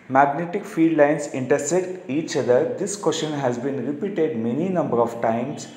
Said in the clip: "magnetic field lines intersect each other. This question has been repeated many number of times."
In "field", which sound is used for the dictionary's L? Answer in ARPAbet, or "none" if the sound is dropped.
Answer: none